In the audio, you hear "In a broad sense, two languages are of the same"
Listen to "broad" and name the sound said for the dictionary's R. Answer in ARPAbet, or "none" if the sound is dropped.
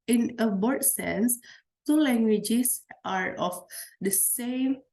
none